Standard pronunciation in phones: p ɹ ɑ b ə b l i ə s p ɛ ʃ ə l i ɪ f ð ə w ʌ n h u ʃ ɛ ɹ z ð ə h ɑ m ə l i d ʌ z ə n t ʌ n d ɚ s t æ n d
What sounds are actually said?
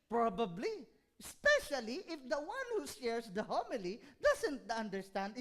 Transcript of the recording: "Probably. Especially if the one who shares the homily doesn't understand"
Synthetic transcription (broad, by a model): p ɹ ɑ b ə b l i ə s p ɛ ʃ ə l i ɪ f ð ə w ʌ n h u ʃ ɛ ɹ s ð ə h ɑ m ə l i d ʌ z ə n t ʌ n d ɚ s t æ n d